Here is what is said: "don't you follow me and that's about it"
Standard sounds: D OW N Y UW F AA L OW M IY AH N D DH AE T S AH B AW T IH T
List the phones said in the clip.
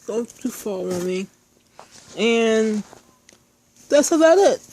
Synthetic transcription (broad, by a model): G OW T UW F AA W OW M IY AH N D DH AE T S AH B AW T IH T